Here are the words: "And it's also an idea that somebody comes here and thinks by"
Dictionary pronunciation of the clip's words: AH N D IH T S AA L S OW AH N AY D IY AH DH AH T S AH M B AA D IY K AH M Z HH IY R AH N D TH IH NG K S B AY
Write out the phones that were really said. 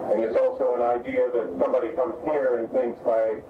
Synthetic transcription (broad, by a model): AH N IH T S AA L S OW AH N AY D IY AH DH AH T S AH M B AA D IY K AH M Z HH IY R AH N TH IH NG K S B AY